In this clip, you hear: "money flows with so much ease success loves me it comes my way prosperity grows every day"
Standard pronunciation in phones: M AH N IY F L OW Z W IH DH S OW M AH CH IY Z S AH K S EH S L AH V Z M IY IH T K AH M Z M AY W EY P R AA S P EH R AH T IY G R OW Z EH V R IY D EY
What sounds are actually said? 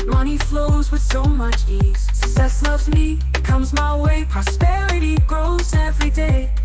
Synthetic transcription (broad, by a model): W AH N IY F L OW Z W IH DH S OW M AH CH IY Z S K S EH S L AH V Z M IY IH T K AH M Z M AY W EY P R AA S P EH R AH T IY G R OW Z EH V R IY D EY